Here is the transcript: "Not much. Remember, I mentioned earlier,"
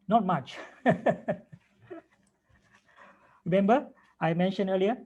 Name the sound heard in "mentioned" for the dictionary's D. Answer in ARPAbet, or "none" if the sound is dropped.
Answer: none